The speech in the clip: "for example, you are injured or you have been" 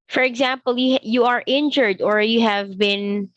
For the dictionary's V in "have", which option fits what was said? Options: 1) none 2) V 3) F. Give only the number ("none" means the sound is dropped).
2